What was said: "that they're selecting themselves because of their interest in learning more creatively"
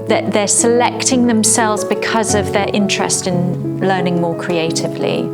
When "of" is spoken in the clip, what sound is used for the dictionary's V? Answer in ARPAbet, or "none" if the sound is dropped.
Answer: V